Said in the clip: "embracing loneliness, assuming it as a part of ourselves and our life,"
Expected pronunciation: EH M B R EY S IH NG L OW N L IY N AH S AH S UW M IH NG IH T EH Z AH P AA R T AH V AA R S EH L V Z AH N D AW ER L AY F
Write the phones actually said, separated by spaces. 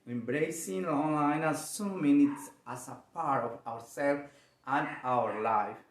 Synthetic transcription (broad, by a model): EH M B R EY S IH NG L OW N L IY N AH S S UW M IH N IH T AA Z AH P AA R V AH W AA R S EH L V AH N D AW ER L AY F